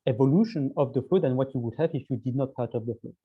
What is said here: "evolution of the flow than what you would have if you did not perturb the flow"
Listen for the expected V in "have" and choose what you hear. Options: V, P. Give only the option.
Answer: V